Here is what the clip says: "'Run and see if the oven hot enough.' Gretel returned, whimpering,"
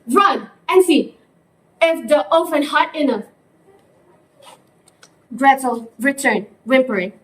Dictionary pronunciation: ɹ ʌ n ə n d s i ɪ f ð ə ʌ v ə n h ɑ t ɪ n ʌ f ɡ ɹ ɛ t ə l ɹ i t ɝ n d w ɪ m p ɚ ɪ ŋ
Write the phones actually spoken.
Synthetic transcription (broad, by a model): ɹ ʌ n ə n s i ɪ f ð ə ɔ f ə n h ɑ t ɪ n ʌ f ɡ ɹ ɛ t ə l ɹ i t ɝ n w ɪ m p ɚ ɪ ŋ